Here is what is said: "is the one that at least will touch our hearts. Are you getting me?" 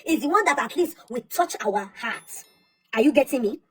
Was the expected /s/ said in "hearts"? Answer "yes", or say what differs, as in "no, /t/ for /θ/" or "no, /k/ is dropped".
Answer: no, /s/ is dropped